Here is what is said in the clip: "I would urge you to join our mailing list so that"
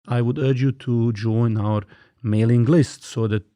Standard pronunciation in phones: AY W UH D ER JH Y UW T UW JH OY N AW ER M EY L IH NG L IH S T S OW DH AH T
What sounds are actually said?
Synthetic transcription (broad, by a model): AY W UH D ER JH Y UW T UW JH OY N AW ER M EY L IH NG L IH S T S OW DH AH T